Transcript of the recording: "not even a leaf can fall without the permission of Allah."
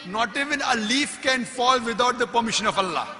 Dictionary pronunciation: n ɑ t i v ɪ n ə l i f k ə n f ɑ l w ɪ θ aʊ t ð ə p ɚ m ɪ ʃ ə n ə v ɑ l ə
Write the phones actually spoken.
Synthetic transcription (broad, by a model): n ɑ t i v ɪ n ə l i f k ə n f ɑ l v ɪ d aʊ t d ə p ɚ m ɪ ʃ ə n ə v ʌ l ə